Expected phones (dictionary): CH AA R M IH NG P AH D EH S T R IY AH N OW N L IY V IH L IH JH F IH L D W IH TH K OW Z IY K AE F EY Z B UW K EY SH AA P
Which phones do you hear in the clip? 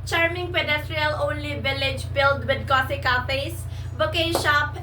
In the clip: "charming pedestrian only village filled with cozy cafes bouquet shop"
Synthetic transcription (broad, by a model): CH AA R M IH NG P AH D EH S T R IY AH L OW N L IY V IH L IH JH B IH L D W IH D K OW S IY K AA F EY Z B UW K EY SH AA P